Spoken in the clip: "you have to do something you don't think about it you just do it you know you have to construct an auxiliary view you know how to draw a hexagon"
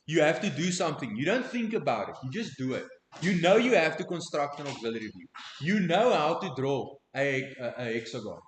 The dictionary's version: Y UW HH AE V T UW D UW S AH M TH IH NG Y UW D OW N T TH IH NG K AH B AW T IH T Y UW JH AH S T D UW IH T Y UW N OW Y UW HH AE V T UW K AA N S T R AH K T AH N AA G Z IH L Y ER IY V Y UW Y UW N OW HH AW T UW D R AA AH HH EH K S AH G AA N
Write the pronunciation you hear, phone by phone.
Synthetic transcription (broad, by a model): Y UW HH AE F T UW D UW S AH M TH IH NG Y UW D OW N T TH IH NG K AH B AW T IH T Y UW JH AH S D UW IH T Y UW N OW Y UW HH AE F T UW K AA N S T R AH K T AH N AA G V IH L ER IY V Y UW Y UW N OW HH AW T UW D R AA AH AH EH K S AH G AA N